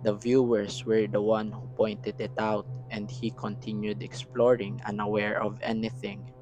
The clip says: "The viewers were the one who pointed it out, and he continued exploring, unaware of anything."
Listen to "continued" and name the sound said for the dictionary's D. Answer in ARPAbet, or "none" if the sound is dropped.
D